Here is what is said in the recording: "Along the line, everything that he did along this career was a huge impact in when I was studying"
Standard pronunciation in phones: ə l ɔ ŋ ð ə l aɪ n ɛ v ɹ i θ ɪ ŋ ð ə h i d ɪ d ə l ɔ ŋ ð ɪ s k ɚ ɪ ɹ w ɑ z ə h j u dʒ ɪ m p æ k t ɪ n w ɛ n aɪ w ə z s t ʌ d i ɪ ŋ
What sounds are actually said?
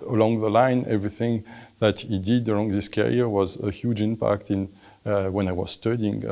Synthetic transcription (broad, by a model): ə l ɔ ŋ ð ə l aɪ n ɛ v ɹ i θ ɪ ŋ ð ə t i d ɪ d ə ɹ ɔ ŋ ð ɪ s k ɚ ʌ ɹ w ɑ z ə h j u dʒ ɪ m p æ k t ɪ n w ɛ n aɪ w ə z s t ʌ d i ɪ ŋ